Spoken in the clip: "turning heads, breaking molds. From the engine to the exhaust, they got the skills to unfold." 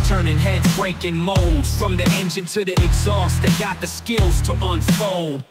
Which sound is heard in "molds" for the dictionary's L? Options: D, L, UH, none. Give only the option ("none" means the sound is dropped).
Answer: L